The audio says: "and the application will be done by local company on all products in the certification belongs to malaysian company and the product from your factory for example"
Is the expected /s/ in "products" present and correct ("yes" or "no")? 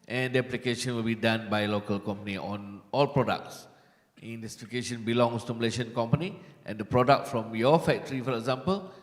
yes